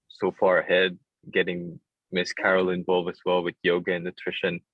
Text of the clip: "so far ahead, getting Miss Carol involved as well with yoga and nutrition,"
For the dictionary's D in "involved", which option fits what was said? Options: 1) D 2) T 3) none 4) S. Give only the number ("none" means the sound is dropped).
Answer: 3